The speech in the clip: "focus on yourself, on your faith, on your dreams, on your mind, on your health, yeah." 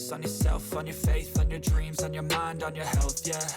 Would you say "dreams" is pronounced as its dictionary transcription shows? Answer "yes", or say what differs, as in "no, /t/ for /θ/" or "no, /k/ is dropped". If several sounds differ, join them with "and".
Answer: yes